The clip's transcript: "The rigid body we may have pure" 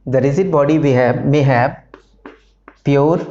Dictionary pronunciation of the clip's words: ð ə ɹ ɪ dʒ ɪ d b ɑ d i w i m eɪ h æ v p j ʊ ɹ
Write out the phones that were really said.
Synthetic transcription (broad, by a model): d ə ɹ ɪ z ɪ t b ɑ d i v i m eɪ h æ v p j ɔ ɹ